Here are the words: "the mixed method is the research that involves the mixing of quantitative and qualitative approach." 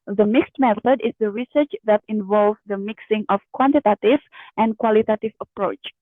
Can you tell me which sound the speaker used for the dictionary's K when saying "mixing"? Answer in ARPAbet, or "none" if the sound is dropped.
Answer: K